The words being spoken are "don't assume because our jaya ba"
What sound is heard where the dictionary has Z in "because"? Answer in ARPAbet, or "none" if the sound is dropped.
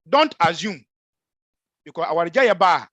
S